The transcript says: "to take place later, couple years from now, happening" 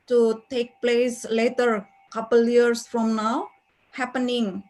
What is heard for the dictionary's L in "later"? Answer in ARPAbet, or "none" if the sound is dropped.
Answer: L